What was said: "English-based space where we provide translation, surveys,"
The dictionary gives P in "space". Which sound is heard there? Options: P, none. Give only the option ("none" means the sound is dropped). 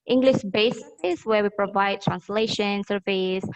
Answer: none